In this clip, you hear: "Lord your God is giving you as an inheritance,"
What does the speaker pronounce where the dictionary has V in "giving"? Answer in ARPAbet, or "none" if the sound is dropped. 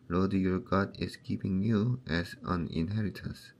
P